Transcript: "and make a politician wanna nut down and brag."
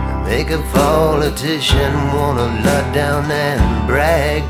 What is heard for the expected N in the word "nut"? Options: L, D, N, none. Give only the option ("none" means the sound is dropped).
L